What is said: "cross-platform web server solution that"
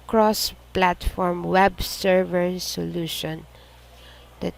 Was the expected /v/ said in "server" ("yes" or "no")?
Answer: yes